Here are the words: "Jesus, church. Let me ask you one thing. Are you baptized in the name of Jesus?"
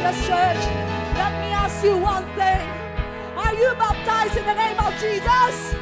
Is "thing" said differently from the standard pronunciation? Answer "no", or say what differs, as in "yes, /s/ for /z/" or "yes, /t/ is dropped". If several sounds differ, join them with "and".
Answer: no